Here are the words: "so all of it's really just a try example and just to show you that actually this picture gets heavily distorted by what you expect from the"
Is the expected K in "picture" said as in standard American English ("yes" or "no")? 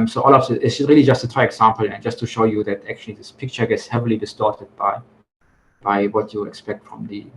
yes